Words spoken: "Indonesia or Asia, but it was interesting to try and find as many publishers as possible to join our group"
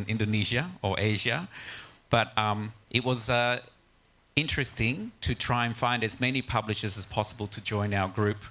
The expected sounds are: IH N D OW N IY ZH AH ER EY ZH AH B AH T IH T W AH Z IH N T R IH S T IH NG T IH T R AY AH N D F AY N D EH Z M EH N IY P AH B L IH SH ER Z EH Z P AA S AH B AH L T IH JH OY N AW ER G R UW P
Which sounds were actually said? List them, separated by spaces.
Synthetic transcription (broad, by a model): IH N D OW N IY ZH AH ER EY ZH AH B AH T IH T W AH Z IH N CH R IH S T IH NG T IH T R AY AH N F AY N D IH Z M EH N IY P AH B L IH SH ER Z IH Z P AA S AH B AH L T IH JH OY N AW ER G R UW P